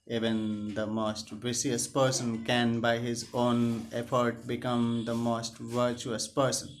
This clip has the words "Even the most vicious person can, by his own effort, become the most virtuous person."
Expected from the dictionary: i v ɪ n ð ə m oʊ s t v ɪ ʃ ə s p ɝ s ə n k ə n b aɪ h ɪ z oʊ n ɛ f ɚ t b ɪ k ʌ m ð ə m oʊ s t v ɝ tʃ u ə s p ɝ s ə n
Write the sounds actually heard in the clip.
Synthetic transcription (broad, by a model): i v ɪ n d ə m oʊ s t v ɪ s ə s p ɝ s ə n k ə n b aɪ h ɪ z oʊ n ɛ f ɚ t b ɪ k ʌ m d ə m oʊ s t v ɝ tʃ u ə s p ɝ s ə n